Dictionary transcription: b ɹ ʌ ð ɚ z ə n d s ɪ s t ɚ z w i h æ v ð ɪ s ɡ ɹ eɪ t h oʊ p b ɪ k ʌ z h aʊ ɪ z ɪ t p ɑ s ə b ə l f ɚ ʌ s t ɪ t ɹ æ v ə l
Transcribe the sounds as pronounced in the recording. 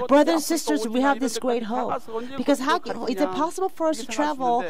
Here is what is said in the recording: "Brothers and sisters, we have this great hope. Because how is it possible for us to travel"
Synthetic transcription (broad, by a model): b ɹ ʌ ð ɚ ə n s ɪ s t ɚ z w i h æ v ð ɪ s ɡ ɹ eɪ t h oʊ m b ɪ k ʌ z h aʊ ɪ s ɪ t p ɑ s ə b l f ɚ ʌ s t ɪ t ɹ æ v l